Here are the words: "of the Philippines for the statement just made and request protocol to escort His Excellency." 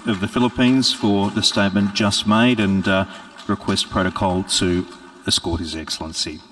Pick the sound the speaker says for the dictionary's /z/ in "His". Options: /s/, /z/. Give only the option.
/z/